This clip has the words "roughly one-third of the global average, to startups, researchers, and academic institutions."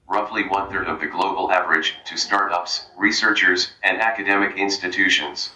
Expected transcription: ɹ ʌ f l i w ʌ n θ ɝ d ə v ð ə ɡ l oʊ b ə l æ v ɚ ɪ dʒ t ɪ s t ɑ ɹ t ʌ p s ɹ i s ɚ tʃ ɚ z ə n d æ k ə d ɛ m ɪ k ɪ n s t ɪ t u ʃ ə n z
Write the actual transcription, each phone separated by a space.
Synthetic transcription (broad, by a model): ɹ ʌ f l i w ʌ n θ ɝ d ə v ð ə ɡ l oʊ b l æ v ɚ ɪ dʒ t ɪ s t ɑ ɹ t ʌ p s ɹ i s ɚ tʃ ɚ z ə n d æ k ə d ɛ m ɪ k ɪ n s t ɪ t u ʃ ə n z